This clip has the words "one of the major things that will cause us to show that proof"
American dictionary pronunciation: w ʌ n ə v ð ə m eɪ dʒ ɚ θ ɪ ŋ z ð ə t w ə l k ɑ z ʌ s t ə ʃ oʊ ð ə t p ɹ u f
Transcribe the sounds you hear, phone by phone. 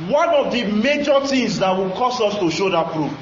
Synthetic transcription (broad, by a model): w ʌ n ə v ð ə m eɪ dʒ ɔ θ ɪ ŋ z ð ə t w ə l k ɑ s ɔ s t ə ʃ oʊ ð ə t p ɹ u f